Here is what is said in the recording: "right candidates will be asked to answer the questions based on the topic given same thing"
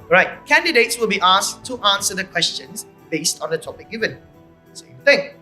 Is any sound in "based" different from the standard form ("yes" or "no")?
no